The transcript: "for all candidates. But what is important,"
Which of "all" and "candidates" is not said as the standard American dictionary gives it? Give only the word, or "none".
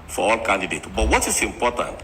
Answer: candidates